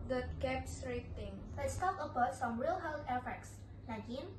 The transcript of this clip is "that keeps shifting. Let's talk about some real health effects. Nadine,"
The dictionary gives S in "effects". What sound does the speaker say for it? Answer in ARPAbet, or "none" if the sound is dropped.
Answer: S